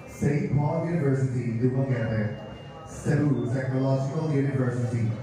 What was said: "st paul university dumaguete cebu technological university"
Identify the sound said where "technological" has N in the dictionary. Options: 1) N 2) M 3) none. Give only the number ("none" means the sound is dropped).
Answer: 3